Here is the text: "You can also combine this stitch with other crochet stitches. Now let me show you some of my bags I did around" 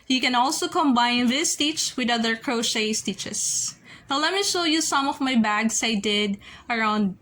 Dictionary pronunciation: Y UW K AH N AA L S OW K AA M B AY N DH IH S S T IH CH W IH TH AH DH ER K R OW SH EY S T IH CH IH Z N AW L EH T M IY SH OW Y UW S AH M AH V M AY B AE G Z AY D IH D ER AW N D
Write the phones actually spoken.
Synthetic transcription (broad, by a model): Y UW K AH N AA L S OW K AA M B AY N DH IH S S T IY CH W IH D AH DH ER K R OW SH EY S T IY CH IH S N AW L EH T M IY SH OW Y UW S AH M AH V M AY B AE G S AY D IH D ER AW N D